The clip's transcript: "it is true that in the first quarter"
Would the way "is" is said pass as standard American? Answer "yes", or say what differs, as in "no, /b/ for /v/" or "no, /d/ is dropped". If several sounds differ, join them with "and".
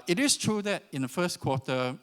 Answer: no, /s/ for /z/